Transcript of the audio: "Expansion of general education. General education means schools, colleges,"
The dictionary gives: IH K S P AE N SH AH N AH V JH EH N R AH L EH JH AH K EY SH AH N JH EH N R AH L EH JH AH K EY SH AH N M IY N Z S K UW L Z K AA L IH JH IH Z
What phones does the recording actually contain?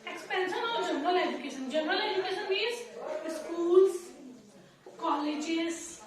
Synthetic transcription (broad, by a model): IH K S P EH N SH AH N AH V JH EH N R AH L EH JH AH K EY SH AH N JH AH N R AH L EH JH AH K EY SH AH N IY Z S K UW L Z K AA L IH JH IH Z